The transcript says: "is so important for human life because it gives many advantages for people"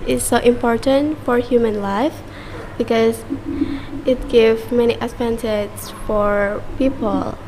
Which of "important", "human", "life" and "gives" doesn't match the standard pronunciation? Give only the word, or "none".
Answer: gives